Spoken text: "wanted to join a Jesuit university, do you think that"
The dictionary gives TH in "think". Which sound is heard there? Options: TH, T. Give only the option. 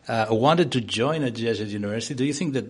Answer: TH